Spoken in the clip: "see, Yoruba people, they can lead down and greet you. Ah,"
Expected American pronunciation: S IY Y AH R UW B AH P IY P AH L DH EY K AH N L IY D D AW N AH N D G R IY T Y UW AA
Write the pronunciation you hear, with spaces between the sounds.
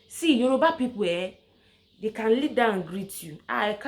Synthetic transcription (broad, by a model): S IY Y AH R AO B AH P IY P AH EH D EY K AH N L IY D D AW AH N G R IY T Y UW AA